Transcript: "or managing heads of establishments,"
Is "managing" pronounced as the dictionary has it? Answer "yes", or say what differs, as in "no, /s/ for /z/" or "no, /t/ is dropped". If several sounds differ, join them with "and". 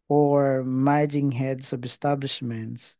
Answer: no, /n/ is dropped